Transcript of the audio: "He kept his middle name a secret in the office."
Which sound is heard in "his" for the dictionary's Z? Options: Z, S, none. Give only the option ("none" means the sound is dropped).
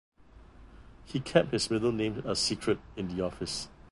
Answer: S